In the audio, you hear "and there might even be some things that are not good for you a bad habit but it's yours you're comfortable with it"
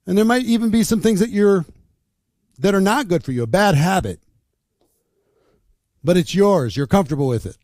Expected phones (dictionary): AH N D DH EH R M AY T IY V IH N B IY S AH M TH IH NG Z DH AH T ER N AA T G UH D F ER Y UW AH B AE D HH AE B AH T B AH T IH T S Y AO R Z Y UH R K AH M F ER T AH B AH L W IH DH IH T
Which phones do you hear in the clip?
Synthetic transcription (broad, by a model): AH N DH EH R M AY T IY V IH N B IY S AH M TH IH NG Z DH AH T ER N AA T G UH D F ER Y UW AH B AE D HH AE B AH T B AH T IH T S Y AO R Z Y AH R K AH M F T AH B L W IH DH IH T